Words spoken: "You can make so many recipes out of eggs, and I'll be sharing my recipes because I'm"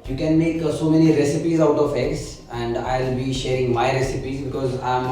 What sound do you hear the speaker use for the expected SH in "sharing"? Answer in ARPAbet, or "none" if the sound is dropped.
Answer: SH